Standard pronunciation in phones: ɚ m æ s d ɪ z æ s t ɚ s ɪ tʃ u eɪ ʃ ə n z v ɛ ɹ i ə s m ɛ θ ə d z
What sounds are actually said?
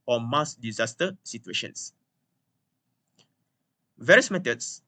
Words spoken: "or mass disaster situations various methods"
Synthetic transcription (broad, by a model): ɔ m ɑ s d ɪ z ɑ s t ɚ s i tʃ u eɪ ʃ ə n s v ɛ ɹ i ə s m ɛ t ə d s